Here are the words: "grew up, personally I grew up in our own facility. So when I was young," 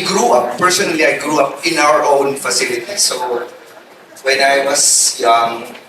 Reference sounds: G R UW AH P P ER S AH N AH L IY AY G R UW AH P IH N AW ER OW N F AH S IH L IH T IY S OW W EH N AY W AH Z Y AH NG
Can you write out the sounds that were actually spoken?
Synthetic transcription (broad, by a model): G R UW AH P P ER S AH N AH L IY AY G R UW AH P IH N AW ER OW N F AH S IH L IH T IY S OW W EH N AY W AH S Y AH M